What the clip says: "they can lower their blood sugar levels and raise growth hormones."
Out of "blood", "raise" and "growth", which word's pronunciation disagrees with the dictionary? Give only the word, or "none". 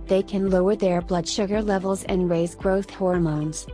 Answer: none